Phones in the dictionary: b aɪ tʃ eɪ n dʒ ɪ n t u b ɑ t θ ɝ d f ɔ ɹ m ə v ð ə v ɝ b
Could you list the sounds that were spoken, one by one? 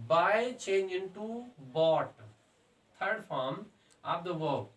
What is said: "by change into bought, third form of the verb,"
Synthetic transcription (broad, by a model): b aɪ tʃ eɪ n dʒ ɪ n t u b ɑ t t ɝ d f ɔ ɹ m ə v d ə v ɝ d